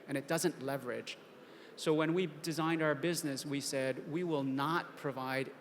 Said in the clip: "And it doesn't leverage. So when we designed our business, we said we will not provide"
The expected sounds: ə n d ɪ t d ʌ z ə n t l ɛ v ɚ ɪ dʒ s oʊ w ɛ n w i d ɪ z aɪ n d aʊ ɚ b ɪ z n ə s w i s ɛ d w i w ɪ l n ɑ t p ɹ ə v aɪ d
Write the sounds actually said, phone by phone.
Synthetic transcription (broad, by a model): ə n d ɪ t d ʌ z ə n t l ɛ v ɚ ɪ dʒ s oʊ w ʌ n w i d ɪ z aɪ n d aʊ ɚ b ɪ z n ə s w i s ɛ d w i w ɪ l n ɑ t p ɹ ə v aɪ d